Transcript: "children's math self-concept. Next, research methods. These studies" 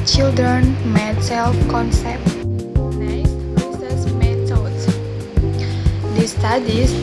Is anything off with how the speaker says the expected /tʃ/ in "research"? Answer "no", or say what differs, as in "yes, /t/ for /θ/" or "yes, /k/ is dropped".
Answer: yes, /s/ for /tʃ/